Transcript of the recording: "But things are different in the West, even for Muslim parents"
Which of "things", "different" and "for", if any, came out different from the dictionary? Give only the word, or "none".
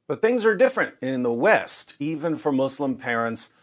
none